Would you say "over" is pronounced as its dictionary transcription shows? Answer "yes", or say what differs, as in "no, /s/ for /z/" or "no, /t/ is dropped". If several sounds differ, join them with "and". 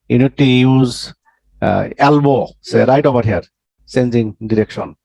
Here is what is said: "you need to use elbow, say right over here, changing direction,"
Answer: no, /b/ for /v/